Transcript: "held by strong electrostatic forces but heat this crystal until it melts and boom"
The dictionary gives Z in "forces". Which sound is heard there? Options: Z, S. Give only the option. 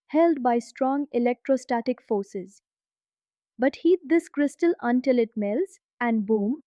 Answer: Z